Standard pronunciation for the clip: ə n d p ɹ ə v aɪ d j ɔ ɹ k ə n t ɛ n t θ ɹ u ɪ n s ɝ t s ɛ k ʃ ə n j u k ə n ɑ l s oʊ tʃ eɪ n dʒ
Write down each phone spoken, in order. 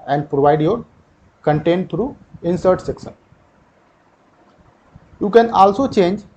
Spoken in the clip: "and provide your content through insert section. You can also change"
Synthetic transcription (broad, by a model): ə n d p ɹ ə v aɪ d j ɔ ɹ k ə n t ɛ n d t ɹ u ɪ n s ɝ t s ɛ k s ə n j u k ə n ɑ l s oʊ tʃ eɪ n dʒ